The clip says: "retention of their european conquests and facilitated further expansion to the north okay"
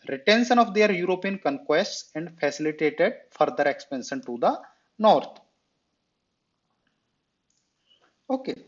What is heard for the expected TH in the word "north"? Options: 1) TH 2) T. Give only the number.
2